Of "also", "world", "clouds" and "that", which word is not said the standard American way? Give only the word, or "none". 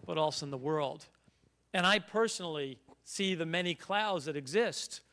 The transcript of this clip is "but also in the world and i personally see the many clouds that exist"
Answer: none